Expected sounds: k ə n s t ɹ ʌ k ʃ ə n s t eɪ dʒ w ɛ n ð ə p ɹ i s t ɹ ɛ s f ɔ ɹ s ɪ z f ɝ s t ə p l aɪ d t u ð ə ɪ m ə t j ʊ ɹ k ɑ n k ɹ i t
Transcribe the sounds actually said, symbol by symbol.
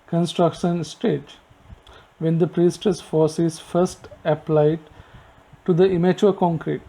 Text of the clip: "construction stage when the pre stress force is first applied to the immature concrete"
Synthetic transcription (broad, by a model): k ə n s t ɹ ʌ k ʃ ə n s t eɪ dʒ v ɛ n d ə p ɹ i s t ʌ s f ɔ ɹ s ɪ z f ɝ s t ə p l aɪ d t u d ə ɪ m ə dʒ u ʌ k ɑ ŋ k ɹ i t